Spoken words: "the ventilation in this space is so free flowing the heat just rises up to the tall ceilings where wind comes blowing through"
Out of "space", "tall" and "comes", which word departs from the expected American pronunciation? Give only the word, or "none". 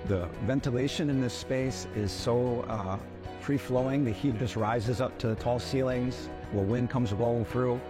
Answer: none